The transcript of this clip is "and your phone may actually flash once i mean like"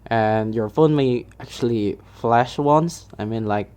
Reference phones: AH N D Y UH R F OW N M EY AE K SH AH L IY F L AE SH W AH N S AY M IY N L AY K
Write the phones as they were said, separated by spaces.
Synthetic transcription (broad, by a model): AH N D Y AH R F OW N M EY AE K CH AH L IY F L AE SH W AH N S AY M IY N L AY K